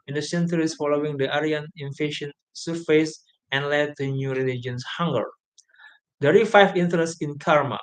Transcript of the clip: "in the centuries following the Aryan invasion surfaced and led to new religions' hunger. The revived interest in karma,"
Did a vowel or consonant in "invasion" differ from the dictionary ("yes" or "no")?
yes